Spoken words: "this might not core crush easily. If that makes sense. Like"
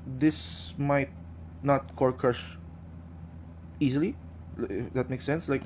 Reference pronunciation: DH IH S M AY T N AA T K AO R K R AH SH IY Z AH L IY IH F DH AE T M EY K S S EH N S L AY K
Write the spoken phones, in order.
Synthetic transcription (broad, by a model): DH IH S M AY T N AA T K AO R K AH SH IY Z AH L IY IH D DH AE T M EY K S S EH N S L AY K